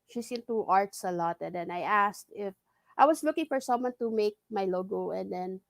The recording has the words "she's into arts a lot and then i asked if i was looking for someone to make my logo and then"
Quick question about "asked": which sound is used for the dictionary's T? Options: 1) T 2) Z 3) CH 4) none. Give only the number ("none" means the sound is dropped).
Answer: 1